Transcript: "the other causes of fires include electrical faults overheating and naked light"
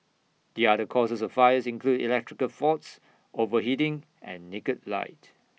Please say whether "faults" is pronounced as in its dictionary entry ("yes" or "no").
no